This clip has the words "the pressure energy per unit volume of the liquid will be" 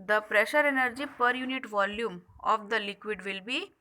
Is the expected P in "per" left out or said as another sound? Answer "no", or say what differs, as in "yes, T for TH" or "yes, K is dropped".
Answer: no